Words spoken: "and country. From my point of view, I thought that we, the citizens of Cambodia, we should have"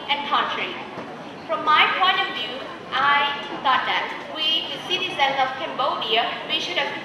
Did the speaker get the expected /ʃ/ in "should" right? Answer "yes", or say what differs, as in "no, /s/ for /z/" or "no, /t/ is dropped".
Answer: yes